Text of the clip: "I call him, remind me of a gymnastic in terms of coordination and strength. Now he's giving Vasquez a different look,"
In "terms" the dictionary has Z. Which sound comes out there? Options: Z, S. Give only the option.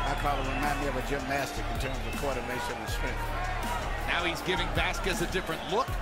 Z